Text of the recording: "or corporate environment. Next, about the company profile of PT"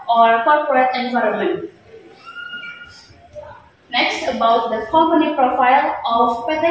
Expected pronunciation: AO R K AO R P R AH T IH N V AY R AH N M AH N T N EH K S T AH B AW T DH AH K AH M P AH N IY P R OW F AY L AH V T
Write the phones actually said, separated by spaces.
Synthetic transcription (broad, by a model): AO R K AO R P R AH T IH N V AY R AH N M AH N T N EH K S T AH B AW T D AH K AH M P AH N IY P R OW F AY L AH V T